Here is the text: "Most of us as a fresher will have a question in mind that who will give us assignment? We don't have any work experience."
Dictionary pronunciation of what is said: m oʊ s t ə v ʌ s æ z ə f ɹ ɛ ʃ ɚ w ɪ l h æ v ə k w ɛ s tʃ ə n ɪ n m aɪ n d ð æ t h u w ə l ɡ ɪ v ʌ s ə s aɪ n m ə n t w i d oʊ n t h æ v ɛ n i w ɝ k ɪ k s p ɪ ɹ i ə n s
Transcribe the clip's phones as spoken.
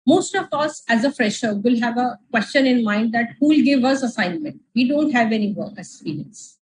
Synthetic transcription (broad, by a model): m oʊ s t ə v ʌ s æ z ə f ɹ ɛ ʃ ɚ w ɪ l h æ v ə k w ɛ s tʃ ə n ɪ n m aɪ n d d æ t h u l ɡ ɪ v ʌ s ə s aɪ n m ə n t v i d oʊ n t h æ v ɛ n i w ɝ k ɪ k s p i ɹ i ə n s